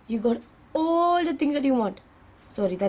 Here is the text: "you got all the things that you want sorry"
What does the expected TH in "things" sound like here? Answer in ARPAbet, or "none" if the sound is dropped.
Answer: T